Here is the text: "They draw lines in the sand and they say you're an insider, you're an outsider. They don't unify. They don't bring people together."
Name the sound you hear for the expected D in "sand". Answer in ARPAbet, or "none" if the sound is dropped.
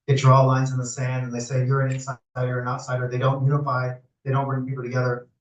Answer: D